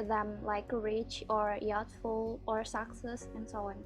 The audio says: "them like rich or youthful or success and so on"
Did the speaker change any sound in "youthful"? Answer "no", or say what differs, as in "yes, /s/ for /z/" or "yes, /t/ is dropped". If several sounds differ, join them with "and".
yes, /t/ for /θ/